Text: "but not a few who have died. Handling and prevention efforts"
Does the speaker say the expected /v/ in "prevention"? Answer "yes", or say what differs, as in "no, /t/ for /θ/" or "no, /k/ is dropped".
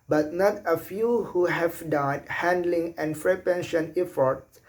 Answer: no, /p/ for /v/